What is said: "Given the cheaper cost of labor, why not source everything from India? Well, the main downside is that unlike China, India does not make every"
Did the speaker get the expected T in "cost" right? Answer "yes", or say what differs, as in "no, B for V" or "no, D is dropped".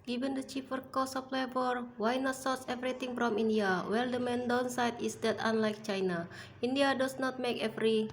no, T is dropped